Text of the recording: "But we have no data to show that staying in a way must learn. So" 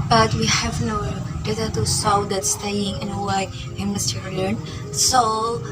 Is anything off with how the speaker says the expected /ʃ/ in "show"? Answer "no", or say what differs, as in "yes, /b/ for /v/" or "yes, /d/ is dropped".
yes, /s/ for /ʃ/